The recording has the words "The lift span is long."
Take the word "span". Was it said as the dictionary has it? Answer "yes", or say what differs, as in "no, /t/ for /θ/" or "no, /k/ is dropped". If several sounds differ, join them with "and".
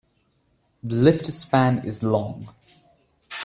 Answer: yes